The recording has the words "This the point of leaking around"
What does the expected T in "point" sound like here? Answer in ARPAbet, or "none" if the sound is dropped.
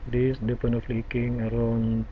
none